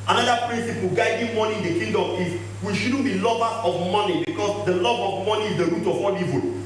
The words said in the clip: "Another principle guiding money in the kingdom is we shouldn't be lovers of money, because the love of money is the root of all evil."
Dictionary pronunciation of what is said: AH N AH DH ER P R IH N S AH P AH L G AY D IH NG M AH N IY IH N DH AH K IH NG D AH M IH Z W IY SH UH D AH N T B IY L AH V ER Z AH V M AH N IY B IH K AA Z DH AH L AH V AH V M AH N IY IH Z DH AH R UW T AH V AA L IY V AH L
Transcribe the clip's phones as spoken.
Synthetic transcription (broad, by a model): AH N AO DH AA P R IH N S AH P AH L G AY D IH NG M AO N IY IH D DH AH K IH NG D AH M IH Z W IY SH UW D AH N B IY L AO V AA AH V M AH N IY B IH K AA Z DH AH L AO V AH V M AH N IY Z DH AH R UW T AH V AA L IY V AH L